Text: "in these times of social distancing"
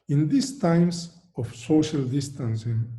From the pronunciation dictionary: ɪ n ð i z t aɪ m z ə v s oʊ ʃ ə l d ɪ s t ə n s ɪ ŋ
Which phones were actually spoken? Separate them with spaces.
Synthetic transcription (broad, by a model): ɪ n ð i s t aɪ m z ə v s oʊ ʃ ə l d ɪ s t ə n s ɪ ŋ